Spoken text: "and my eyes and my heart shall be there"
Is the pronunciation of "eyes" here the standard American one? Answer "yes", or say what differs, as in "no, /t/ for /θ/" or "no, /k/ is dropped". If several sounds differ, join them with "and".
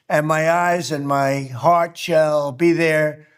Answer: yes